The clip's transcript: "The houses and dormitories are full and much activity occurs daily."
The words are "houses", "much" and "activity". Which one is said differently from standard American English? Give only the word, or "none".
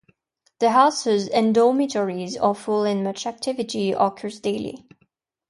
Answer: none